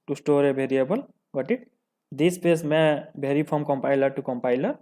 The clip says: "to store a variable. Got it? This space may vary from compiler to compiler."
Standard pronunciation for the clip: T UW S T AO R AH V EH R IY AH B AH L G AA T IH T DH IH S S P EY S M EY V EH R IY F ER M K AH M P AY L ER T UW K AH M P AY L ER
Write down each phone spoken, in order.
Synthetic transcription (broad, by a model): T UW S T AO R AH B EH R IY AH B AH L G AA T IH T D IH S S P EY S M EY B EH R IY P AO M K AH M P AY L ER T UW K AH M P AY L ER